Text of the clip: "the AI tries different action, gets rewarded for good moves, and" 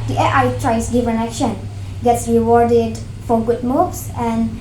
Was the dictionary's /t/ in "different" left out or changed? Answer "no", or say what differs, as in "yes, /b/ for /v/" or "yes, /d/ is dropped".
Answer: yes, /t/ is dropped